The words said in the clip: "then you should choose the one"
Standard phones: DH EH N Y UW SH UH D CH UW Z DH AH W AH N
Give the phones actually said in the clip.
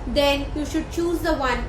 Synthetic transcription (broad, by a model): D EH N Y UW SH UH D CH UW Z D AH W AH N